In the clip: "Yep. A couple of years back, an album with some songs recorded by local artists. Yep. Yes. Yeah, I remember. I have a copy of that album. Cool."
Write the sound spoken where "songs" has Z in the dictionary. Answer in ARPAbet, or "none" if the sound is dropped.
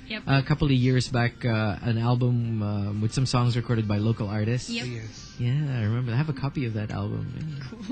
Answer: Z